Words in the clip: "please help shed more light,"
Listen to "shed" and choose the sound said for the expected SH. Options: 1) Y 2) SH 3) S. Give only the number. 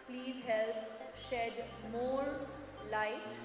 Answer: 2